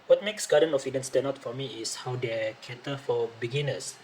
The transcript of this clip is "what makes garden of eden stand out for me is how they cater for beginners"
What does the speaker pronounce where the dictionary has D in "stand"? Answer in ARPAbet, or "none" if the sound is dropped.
none